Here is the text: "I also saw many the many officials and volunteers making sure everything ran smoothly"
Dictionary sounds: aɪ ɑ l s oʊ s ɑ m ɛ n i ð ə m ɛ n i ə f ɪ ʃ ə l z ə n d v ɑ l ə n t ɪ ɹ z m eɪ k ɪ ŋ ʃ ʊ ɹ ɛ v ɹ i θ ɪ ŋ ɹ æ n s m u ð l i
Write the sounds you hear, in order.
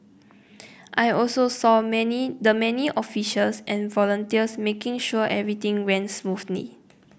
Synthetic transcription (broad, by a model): aɪ ɑ l s oʊ s ɑ m ɛ n i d ə m ɛ n i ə f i ʃ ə l s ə n v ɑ l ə n t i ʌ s m eɪ k ɪ ŋ ʃ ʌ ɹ ɛ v ɹ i t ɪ ŋ w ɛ n s m u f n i